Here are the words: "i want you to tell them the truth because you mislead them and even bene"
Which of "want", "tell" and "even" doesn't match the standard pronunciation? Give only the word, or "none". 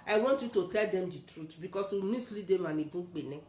even